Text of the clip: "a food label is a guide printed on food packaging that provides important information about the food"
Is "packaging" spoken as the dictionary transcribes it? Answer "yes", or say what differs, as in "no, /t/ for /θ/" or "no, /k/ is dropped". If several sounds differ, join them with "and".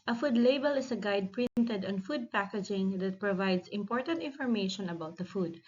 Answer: yes